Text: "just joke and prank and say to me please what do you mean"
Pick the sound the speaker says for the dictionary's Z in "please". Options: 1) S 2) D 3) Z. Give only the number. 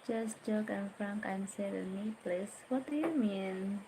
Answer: 1